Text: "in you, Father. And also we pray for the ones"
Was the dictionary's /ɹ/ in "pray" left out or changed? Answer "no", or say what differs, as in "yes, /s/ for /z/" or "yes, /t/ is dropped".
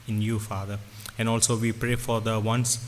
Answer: no